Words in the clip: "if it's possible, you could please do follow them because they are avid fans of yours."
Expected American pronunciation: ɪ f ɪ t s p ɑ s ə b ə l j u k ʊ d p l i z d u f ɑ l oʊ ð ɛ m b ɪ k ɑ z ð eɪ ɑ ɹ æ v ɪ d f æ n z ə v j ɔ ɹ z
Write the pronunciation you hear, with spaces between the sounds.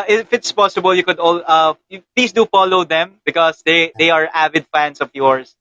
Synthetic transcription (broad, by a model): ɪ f ɪ t s p ɑ s ə b ə l j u k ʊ d p l i s d u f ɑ l oʊ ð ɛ m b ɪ k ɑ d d eɪ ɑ ɹ æ v ɪ d f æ n s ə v j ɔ ɹ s